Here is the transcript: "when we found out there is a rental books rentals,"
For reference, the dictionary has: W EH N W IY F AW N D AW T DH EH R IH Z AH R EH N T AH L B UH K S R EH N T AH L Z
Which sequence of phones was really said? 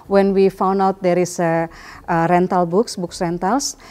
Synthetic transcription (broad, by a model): W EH N W IY F AW N D AW T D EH R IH S AH R EH N T AH L B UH K S R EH N T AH L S